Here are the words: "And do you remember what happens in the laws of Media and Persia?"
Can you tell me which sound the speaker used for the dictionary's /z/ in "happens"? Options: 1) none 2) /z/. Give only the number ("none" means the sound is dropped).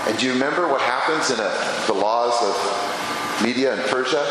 2